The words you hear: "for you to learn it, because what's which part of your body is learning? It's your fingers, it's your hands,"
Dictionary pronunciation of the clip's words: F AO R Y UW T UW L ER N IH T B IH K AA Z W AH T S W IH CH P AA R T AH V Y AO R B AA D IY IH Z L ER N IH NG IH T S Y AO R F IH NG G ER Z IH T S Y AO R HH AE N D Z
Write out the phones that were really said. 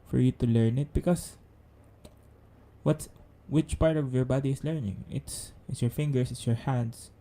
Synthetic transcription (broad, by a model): F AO R Y UW T UW L ER N IH T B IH K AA S W AH T S W IH CH P AA R T AH V Y AO R B AA D IY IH S L ER N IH NG IH T S Y AO R F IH NG G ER S IH T S Y AO R HH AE N D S